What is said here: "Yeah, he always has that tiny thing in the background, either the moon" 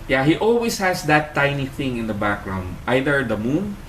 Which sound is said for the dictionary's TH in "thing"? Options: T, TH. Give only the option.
TH